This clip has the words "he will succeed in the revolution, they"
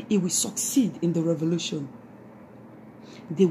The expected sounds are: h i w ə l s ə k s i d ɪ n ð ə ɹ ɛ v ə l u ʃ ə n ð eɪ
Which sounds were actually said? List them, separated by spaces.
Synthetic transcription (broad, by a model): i w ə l s ə k s i d ɪ n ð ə ɹ ɛ v ə l u ʃ ə n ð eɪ